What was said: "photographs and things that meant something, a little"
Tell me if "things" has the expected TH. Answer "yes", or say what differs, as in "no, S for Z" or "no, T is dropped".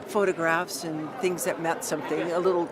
yes